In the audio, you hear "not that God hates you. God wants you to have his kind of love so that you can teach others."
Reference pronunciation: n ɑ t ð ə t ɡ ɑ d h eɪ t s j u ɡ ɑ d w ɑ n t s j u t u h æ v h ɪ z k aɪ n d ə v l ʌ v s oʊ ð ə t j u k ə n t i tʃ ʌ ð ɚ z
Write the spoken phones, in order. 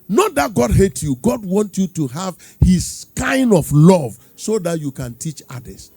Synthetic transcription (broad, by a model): n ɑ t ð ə t ɡ ɑ d h eɪ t j u ɡ ɑ d w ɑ n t j u t u h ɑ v h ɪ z k aɪ n d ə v l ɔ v s oʊ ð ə t j u k ə n t i tʃ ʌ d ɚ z